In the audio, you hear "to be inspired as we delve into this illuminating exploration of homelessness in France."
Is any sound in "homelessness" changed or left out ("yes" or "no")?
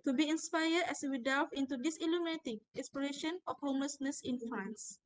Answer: no